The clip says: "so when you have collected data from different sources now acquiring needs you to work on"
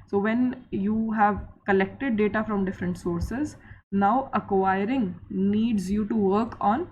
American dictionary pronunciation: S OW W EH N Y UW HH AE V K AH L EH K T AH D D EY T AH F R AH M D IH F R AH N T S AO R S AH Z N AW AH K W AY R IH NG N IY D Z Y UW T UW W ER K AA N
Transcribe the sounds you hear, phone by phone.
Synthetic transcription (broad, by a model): S OW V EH N Y UW HH AE V K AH L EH K T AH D D EY T AH F R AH M D IH F R AH N T S AO R S AH Z N AW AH K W AY R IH NG N IY D Z Y UW T UW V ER K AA N